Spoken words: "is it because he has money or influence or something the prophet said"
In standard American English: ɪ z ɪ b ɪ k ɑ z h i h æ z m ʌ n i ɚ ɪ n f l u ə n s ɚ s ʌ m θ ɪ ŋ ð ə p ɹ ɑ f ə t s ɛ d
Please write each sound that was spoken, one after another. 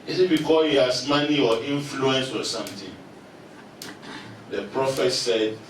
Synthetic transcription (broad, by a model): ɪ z ɪ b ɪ k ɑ h i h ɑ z m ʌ n i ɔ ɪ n f l u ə n s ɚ s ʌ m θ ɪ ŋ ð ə p ɹ ɑ f ə t s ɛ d